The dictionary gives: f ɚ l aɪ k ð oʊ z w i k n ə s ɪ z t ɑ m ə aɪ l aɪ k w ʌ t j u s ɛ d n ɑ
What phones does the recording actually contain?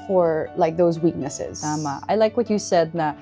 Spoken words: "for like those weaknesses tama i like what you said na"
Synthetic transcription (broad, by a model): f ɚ l aɪ k ð oʊ z w i k n ə s ɪ z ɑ m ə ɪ l aɪ k w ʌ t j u s ɛ d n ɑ